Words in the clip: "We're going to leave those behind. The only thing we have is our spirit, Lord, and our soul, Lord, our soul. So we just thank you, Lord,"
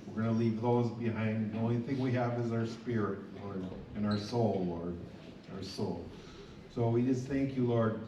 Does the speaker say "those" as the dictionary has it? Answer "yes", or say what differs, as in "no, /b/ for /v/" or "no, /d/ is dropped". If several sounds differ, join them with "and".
yes